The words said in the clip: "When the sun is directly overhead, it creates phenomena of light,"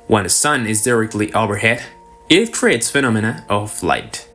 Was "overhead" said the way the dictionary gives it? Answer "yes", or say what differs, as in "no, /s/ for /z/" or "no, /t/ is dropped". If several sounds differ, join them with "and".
no, /b/ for /v/